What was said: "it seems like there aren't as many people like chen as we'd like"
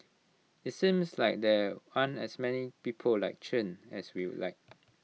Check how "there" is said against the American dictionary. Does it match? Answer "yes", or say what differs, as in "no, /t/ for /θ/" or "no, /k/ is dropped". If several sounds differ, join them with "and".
no, /w/ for /ɹ/